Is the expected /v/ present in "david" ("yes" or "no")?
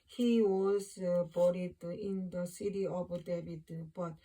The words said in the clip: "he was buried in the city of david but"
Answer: no